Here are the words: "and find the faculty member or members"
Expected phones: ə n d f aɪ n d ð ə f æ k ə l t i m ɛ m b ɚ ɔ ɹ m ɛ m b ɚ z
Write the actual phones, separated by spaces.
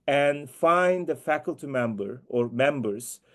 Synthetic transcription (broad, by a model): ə n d f aɪ n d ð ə f æ k ə l t i m ɛ m b ɚ ɔ ɹ m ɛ m b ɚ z